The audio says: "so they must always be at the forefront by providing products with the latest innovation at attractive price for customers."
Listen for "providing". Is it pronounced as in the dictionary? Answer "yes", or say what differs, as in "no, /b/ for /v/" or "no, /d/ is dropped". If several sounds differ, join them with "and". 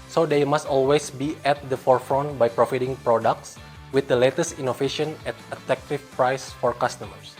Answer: no, /f/ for /v/